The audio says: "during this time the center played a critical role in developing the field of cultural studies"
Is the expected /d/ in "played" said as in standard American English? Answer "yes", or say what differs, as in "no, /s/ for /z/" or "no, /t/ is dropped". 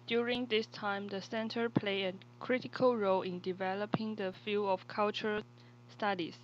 no, /d/ is dropped